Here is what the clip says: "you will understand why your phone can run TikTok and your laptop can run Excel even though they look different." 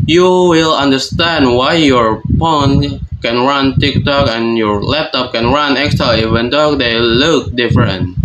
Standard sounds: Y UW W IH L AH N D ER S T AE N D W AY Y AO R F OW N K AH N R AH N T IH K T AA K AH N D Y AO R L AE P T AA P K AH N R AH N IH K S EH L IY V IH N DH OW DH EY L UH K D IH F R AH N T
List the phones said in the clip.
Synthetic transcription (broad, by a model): Y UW W IH L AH N D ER S T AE N D W AY Y AO R P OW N K AH N R AH N T IH K T AA K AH N Y AO R L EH P T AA P K AH N R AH N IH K S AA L IY V IH N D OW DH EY L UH K D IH F R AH N T